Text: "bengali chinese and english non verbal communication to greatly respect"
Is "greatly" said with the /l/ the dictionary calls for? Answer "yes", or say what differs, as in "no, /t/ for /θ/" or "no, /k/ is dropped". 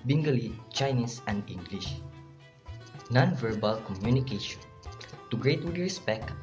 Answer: no, /w/ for /l/